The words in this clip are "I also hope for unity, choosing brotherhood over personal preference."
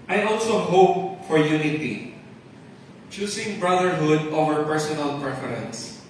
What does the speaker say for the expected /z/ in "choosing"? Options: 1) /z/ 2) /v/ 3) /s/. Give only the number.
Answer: 3